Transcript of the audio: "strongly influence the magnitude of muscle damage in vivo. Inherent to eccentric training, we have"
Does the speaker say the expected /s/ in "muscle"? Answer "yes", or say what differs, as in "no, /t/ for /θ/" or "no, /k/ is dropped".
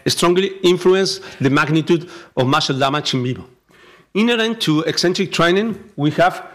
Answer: no, /ʃ/ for /s/